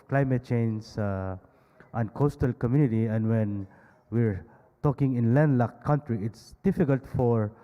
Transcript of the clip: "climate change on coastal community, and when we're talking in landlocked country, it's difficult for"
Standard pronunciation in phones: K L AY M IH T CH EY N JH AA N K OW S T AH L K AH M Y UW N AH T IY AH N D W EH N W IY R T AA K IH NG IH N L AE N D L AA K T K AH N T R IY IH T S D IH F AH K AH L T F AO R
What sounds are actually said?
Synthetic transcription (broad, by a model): K L AY M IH T CH EY N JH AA N K OW S T AH L K AH M Y UW N AH T IY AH N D W EH N W IY R T AA K IH NG IH N L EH N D L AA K K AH N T R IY IH T S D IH F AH K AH L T F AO R